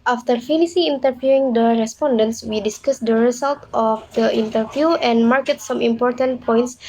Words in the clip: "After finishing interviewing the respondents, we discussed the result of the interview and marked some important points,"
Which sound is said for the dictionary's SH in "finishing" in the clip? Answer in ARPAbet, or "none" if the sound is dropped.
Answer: S